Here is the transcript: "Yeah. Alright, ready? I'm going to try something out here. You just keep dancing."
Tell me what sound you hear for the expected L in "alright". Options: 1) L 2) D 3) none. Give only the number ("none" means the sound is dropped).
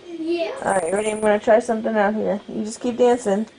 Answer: 3